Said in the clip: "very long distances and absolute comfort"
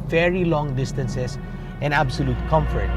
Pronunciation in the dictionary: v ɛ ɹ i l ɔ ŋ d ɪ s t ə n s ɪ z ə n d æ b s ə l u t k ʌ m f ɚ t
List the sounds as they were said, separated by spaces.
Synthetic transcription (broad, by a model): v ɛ ɹ i l ɔ ŋ d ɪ s t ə n s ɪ s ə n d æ b s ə l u t k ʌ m f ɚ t